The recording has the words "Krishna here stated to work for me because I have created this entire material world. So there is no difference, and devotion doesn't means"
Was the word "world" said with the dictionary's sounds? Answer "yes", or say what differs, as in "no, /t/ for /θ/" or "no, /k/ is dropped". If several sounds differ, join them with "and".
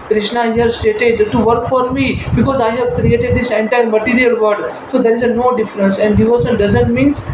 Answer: no, /l/ is dropped